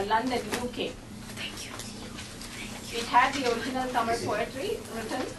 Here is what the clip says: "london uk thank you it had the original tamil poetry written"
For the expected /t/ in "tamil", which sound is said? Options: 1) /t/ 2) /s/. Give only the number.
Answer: 2